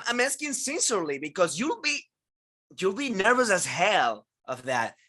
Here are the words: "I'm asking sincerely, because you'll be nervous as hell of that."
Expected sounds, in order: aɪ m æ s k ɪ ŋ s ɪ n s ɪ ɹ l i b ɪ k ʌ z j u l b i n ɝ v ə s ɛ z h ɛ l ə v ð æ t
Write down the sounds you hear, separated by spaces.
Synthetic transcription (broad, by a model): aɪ m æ s k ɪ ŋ s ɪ n s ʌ ɹ l i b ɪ k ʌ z j u l b i n ɝ v ə s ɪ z h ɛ l ə v ð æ t